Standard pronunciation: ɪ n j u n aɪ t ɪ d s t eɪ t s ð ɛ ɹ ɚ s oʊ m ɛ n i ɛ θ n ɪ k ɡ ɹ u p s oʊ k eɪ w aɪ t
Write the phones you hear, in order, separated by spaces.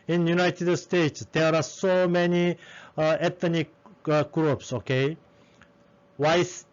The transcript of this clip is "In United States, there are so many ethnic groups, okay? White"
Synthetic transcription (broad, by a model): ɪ n j u n aɪ t ɪ d s t eɪ t s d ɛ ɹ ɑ s oʊ m ɛ n i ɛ t n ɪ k ɡ ɹ u p s oʊ k eɪ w aɪ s